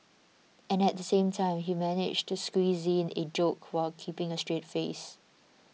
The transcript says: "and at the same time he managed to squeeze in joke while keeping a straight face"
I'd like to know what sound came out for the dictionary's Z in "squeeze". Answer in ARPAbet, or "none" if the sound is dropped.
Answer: Z